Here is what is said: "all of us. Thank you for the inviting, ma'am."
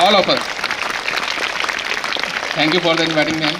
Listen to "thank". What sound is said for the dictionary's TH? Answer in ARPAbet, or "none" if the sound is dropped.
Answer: T